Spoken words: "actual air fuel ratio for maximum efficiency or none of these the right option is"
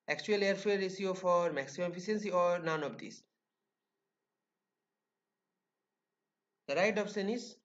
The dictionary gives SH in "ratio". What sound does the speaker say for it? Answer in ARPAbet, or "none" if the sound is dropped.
S